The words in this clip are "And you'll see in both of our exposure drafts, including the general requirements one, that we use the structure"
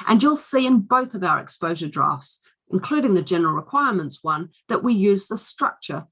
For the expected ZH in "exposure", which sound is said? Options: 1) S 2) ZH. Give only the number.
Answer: 2